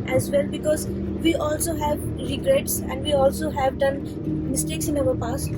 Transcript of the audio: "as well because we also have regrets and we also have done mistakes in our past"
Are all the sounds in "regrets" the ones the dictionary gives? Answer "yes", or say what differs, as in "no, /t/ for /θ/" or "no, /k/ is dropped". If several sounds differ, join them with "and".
yes